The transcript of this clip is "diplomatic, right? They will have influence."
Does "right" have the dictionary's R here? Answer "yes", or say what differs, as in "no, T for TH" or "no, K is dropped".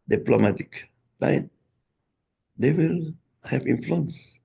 no, L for R